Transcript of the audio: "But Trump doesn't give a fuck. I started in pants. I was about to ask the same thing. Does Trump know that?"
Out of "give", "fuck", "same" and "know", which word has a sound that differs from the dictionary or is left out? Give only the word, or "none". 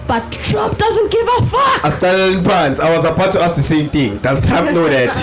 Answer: fuck